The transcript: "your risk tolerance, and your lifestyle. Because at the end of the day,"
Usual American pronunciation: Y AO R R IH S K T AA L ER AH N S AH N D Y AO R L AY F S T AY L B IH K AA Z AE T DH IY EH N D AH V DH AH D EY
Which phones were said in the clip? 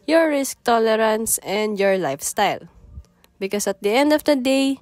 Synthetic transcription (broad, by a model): Y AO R R IH S K T AA L ER AH N S AH N D Y AO R L AY F S T AY L B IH K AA S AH T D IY EH N D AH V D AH D EY